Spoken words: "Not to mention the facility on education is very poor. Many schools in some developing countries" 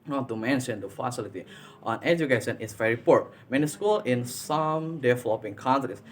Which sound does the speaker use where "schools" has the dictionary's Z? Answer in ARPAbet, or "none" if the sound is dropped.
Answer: none